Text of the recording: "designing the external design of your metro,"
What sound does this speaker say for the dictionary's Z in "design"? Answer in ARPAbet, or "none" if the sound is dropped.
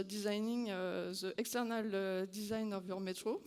Z